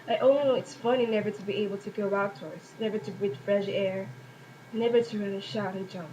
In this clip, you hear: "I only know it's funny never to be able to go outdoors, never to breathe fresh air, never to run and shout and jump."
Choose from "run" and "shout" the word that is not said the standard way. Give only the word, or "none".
run